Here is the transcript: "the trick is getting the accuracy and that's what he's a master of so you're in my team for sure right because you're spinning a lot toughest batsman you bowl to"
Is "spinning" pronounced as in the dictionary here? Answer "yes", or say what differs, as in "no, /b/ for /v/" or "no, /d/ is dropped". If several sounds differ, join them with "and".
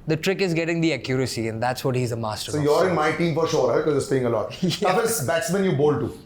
no, /n/ is dropped